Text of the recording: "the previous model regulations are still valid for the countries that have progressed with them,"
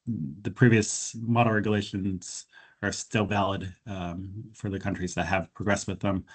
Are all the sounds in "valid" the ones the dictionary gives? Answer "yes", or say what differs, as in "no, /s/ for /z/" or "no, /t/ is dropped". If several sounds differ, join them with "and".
yes